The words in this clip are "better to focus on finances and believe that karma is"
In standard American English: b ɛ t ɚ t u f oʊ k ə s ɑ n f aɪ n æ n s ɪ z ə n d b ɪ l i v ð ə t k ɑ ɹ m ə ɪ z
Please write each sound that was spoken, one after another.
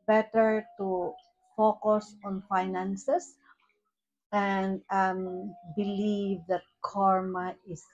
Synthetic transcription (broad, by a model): b ɛ t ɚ t u f oʊ k ə s ɑ n f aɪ n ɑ n s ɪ s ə n d b ɪ l i v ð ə t k ɑ ɹ m ə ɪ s